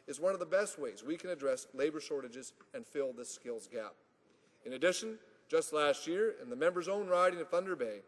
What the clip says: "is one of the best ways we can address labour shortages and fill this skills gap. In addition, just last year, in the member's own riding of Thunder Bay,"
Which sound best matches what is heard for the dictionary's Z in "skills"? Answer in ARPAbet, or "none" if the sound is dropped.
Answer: Z